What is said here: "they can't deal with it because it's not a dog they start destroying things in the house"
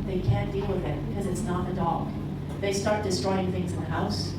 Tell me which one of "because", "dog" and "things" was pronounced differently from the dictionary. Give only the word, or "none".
none